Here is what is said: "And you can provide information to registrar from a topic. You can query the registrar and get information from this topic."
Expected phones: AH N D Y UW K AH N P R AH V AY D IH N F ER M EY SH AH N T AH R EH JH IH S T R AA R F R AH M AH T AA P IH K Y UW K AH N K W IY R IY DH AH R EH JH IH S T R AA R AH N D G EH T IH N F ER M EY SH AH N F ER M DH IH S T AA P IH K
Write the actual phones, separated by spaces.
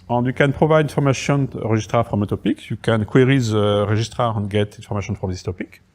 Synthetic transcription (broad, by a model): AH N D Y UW K AH N P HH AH V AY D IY N F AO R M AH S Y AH R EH ZH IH S T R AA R F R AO M AH T AA P IH K Y UW K AH N K W IY R IY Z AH R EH ZH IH S T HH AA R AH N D G EH T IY N F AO M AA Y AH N F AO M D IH S T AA P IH K